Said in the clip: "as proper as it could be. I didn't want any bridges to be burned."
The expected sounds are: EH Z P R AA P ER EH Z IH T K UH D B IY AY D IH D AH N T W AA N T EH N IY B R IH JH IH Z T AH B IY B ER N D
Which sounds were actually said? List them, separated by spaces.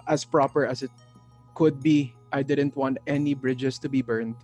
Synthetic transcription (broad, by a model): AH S P R AA P ER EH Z IH T K UH D B IY AY D IH D AH N T W AA N T EH N IY B R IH JH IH S T AH B IY B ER N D